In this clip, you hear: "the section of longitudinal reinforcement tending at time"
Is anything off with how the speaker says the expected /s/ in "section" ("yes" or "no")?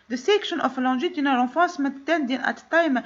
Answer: no